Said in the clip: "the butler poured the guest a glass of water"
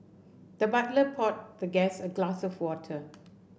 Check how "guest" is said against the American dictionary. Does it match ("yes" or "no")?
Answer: no